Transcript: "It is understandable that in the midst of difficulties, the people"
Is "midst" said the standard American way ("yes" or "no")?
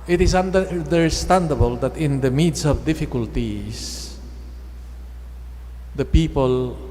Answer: no